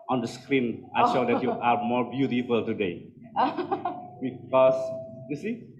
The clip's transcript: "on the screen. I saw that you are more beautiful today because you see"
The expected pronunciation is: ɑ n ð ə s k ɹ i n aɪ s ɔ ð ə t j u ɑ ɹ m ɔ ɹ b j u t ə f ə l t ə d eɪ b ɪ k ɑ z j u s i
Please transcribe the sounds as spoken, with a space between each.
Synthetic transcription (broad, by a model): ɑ n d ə s k ɹ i n aɪ ʃ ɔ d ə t j u ɑ ɹ m ɔ ɹ b j u t ə f ə l t ə d eɪ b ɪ k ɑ s j u s i